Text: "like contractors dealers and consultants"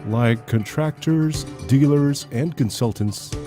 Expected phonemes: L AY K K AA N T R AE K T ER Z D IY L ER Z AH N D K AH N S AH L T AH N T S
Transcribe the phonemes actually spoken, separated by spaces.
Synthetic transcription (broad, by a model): L AY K K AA N T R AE K T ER Z D IY L ER Z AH N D K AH N S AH L T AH N T S